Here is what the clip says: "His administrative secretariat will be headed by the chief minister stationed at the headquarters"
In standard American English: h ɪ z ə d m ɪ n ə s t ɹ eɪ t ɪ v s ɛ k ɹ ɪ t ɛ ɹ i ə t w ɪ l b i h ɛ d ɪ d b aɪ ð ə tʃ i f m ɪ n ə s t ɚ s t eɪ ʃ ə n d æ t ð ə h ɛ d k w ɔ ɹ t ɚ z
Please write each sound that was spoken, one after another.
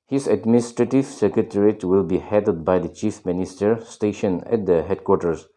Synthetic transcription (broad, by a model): h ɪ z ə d m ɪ n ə s t ɹ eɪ t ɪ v s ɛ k ɹ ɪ t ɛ ɹ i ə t w ɪ l b i h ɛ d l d b aɪ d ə tʃ i f m ɪ n ə s t ɚ s t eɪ ʃ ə n æ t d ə h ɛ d k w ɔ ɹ t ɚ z